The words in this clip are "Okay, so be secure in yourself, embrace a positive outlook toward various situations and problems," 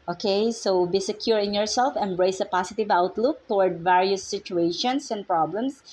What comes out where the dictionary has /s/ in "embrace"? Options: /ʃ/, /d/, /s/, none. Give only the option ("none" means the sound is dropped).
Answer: /s/